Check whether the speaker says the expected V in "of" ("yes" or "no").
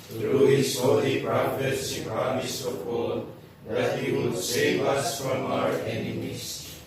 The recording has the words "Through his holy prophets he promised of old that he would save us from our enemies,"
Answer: no